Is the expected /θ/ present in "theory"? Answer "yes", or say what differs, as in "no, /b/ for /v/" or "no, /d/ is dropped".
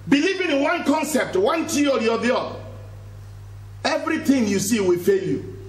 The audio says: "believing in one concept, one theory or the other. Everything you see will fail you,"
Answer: no, /t/ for /θ/